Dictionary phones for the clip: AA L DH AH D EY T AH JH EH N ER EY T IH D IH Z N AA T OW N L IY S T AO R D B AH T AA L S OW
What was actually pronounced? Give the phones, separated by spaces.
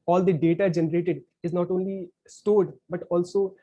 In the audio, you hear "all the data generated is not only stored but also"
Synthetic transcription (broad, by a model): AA L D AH D EY T AH JH EH N ER EY T IH D IH Z N AA T OW N L IY S T AO R D B AH T AA L S OW